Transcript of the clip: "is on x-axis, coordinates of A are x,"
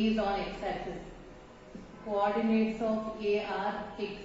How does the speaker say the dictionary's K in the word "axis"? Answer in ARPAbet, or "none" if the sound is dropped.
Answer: none